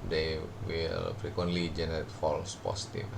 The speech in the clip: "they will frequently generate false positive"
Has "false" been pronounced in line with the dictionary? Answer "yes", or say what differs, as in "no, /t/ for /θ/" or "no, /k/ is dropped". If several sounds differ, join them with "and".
yes